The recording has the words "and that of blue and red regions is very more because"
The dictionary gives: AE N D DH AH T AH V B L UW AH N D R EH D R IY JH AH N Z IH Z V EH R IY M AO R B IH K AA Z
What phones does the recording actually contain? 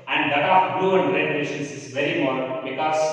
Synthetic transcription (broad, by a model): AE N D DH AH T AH P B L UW AH N D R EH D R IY SH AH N S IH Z V EH R IY M AO R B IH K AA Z